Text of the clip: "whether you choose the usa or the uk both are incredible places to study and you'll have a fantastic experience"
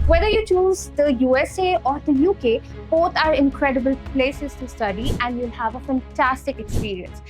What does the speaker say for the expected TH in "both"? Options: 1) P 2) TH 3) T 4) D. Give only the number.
3